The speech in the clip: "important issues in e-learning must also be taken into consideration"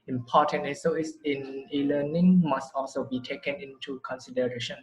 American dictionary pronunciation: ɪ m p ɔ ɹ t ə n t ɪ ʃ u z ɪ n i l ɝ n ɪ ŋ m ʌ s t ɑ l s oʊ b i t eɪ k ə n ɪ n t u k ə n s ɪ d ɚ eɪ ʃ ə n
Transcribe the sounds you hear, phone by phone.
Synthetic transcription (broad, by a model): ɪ m p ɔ t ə n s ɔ u s ɪ n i l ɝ n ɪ ŋ m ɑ s t ɑ l s oʊ b i t eɪ k ə n ɪ n t u k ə n s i d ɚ eɪ ʃ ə n